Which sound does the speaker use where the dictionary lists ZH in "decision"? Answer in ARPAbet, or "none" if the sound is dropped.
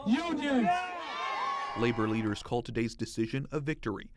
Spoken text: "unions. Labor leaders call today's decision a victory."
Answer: ZH